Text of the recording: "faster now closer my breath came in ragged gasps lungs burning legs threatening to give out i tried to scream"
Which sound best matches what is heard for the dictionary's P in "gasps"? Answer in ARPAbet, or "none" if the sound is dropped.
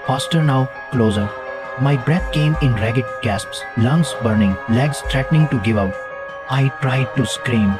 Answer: P